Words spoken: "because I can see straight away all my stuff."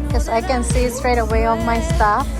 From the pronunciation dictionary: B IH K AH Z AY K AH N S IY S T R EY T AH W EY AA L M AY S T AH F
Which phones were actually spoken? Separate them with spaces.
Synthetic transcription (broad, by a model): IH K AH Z AY K AH N S IY S T R EY T AH W EY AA N M AY S T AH F